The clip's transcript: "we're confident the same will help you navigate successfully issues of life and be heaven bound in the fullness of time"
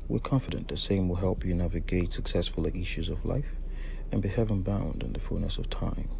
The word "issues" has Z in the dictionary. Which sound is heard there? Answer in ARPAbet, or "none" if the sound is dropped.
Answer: Z